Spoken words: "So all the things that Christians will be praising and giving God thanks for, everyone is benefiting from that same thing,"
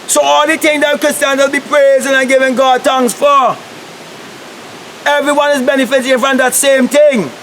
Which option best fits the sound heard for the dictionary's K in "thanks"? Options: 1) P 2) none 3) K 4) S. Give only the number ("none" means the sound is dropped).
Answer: 2